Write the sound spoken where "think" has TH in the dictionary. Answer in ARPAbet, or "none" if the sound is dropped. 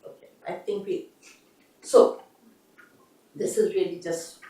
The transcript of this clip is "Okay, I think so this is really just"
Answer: T